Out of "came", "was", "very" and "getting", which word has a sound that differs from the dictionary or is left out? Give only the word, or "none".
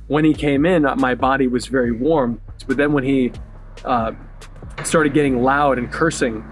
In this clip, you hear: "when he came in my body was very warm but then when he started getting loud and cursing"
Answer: none